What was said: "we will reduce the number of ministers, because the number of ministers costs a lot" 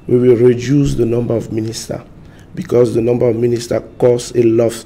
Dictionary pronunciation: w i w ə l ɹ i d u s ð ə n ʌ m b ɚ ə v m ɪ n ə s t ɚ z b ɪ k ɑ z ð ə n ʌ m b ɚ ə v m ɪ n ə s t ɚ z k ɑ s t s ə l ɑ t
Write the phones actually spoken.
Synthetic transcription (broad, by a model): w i w ə l ɹ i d u s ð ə n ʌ m b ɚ ə v m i n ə s t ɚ b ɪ k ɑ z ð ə n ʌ m b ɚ ə v m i n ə s t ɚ k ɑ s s ə l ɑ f